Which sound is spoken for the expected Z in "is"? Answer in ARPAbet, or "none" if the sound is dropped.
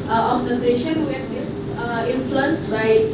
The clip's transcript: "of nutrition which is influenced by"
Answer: S